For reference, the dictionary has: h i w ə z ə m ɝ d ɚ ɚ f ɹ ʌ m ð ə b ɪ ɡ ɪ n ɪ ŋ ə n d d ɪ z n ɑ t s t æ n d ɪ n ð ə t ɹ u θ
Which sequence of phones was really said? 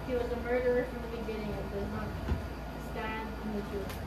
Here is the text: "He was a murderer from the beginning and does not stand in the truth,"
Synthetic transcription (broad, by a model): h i w ə z ə m ɝ d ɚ ɚ f ɹ ʌ m ð ə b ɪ ɡ ɪ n ɪ ŋ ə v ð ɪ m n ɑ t s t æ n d ɪ n ð ə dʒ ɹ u